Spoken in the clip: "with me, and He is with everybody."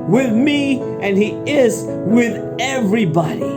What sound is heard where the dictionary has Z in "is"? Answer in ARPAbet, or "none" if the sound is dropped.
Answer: Z